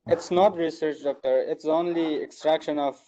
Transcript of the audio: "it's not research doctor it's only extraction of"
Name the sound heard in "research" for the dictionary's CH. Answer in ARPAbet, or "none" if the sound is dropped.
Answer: CH